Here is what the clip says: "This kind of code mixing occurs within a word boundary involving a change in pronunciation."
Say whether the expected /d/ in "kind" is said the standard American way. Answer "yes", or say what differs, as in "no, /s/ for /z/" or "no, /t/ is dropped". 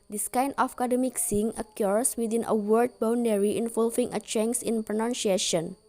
no, /d/ is dropped